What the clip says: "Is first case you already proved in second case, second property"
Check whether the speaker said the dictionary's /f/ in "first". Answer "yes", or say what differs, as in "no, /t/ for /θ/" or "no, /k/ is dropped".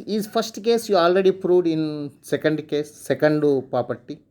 no, /p/ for /f/